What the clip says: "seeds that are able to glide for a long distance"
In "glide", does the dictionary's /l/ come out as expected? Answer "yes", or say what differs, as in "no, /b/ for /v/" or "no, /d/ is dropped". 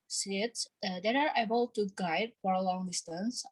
no, /l/ is dropped